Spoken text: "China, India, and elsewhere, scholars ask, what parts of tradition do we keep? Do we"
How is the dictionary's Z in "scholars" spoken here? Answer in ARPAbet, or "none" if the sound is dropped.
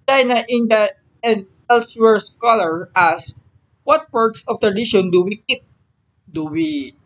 none